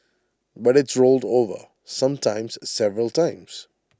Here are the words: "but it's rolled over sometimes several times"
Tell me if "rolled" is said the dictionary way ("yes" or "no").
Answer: yes